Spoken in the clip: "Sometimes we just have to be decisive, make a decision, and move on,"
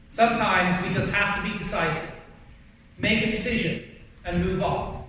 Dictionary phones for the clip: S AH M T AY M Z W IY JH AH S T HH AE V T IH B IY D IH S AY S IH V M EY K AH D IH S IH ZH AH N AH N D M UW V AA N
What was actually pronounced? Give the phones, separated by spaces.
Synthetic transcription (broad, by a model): S AH M T AY M Z W IY JH AH S T HH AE F T IH B IY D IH S AY S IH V M EY K AH D IH S IH ZH AH N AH N M UW V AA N